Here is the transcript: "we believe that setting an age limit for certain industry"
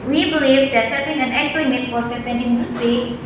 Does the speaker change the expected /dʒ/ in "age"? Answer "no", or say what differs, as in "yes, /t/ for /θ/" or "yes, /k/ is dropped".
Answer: yes, /tʃ/ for /dʒ/